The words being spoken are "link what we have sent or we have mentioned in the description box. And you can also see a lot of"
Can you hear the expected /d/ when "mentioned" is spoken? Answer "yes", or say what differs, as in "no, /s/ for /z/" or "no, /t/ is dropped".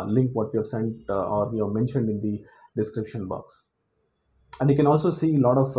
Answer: yes